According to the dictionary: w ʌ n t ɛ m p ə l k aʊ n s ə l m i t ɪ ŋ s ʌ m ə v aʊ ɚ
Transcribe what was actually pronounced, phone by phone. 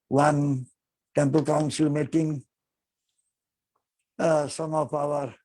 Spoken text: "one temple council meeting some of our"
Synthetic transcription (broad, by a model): w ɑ n t ɛ m p ə l k aʊ n s ə l m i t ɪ ŋ s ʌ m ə p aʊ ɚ